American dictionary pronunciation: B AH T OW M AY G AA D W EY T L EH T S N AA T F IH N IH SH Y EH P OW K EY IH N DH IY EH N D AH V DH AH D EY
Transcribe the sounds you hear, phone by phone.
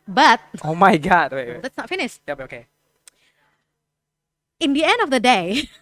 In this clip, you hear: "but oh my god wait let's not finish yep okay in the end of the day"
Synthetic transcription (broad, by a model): B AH T OW M AY G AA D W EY L EH T S N AA T F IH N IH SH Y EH B OW K EY IH N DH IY EH N D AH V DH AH D EY